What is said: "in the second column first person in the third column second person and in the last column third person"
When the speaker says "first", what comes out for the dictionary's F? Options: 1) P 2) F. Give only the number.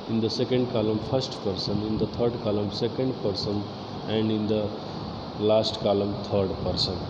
1